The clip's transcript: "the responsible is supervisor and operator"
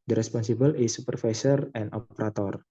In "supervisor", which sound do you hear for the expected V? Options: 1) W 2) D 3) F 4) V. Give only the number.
3